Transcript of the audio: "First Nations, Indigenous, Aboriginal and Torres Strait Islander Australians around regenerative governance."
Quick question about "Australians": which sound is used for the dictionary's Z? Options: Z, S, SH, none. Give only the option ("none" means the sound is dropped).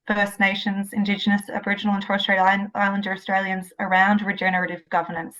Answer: Z